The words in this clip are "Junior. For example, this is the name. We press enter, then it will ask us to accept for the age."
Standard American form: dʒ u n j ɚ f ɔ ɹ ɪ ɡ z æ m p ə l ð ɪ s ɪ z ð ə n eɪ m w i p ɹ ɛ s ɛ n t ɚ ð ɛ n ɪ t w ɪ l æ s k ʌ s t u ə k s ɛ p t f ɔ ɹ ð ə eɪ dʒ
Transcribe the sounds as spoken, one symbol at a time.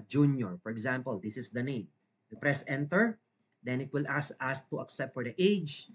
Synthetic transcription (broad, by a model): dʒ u n j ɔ f ɔ ɹ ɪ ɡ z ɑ m p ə l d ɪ s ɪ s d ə n eɪ m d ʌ p ɹ ɛ s ɛ n t ɚ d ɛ n ɪ t w ɪ l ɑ s ʌ s t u ə k s ɛ p t f ɔ ɹ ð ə eɪ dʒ